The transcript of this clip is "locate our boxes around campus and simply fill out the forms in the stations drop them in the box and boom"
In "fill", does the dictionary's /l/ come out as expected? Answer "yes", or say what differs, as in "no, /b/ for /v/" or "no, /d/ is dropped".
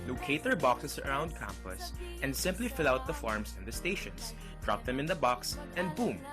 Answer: yes